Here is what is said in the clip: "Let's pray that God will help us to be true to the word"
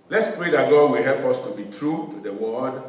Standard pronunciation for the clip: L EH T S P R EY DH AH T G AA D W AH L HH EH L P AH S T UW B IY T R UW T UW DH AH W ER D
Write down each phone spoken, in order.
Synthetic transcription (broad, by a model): L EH T S P R EY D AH T G AA D W AH L HH EH L P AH S T UW B IY T R UW T UW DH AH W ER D